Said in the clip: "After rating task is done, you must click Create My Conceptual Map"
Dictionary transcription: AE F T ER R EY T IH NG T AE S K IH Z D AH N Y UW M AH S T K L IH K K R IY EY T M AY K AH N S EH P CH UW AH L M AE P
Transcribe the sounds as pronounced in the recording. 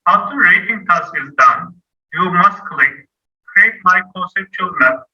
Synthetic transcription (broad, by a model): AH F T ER R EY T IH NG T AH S IH Z D AH N Y UW M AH S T K L IH K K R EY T M AY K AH S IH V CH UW L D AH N